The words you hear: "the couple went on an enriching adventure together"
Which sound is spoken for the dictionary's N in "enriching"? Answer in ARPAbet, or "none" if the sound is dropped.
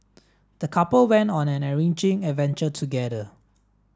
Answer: none